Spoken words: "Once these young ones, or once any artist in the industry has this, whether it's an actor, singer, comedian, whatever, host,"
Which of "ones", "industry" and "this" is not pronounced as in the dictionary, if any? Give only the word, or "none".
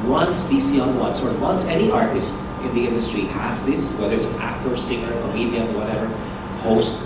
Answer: ones